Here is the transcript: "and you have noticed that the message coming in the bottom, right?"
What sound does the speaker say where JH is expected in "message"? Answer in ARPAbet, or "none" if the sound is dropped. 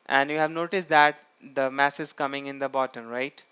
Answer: Z